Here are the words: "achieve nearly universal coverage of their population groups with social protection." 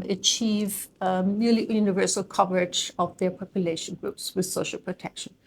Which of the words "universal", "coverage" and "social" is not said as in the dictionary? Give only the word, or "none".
none